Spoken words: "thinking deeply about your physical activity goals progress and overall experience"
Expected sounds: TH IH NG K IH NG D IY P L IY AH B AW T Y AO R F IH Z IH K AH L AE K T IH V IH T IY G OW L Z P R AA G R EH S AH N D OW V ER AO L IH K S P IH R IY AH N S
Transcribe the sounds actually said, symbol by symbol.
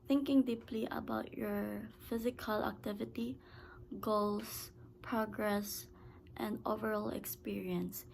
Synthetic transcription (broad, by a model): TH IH NG K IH NG D IY P L IY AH B AW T Y AO R F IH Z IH K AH L AE K T IH V IH T IY G OW L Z P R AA G R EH S AH N D OW V ER AO L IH K S P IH R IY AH N S